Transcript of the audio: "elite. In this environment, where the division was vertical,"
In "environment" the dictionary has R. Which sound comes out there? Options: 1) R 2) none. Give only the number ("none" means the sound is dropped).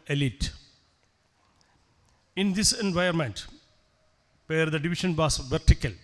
2